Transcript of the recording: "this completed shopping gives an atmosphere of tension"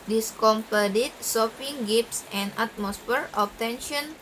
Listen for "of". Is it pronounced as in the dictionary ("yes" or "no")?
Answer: no